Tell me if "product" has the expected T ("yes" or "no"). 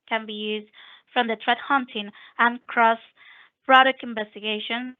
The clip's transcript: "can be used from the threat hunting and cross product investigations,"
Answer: no